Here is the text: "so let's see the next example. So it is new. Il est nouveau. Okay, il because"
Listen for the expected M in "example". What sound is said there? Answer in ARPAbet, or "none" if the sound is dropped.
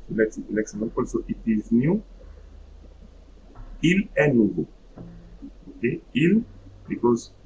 none